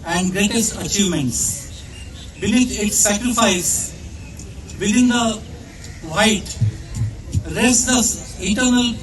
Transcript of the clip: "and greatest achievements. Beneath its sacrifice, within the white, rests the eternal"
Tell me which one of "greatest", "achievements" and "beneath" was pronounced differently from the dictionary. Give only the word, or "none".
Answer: beneath